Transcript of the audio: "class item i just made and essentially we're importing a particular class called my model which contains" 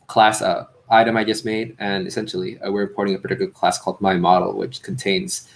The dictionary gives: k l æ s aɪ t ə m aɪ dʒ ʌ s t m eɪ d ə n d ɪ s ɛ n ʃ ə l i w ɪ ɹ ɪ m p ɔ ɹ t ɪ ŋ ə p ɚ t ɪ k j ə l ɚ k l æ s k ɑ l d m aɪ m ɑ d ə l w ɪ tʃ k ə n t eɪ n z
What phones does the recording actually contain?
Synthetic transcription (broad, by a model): k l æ s aɪ t ə m aɪ dʒ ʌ s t m eɪ d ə n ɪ s ɛ n ʃ l i w ɪ ɹ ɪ p ɔ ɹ t ɪ ŋ ə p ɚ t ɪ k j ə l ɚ k l æ s k ɑ l d m aɪ m ɑ d l w ɪ tʃ k n t eɪ n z